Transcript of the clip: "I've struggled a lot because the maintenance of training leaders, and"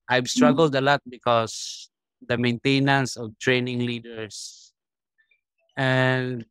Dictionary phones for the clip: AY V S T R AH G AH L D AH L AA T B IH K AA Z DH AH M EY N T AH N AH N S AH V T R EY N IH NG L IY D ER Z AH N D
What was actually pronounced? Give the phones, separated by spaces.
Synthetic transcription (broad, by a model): AY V S T R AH G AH L D AH L AA T B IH K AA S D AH M EY N T AH N AH N S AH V T R EY N IH NG L IY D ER S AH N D